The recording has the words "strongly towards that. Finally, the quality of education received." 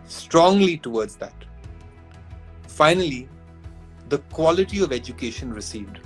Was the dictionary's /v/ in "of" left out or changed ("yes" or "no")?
no